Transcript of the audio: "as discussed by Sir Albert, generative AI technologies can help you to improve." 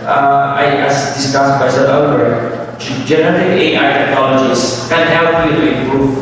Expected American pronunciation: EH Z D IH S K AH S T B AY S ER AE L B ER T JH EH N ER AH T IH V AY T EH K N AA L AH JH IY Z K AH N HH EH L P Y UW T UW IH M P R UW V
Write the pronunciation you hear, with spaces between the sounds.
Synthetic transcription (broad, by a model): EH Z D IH S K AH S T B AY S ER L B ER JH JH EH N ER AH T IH AY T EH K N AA L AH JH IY S K AH N HH EH L P Y UW T UW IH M P R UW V